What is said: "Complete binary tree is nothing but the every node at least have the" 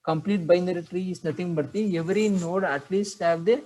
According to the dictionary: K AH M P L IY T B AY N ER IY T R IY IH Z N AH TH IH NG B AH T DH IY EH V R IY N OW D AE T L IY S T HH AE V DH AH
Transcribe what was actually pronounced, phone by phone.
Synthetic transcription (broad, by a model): K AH M P L IY T B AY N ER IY T R IY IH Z N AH T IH NG B AH T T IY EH V R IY N OW D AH T L IY S T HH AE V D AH